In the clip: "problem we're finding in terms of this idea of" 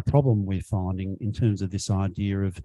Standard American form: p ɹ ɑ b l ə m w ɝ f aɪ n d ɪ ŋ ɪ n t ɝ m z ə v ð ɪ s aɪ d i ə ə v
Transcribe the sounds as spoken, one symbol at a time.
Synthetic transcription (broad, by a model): p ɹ ɑ b l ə m w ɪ f aɪ n d ɪ ŋ ɪ n t ɝ m z ə v ð ɪ s aɪ d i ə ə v